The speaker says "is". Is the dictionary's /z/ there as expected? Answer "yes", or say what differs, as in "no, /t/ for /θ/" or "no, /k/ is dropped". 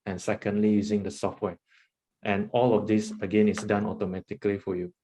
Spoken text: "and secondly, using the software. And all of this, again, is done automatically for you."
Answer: no, /s/ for /z/